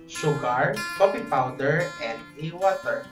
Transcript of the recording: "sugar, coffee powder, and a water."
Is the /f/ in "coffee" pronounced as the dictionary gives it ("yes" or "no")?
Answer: no